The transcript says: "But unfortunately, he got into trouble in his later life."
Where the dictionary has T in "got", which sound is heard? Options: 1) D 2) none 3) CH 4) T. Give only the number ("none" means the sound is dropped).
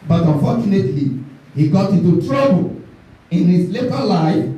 4